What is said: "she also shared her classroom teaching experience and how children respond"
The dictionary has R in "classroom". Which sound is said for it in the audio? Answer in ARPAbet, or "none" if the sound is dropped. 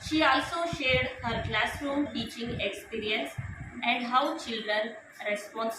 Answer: R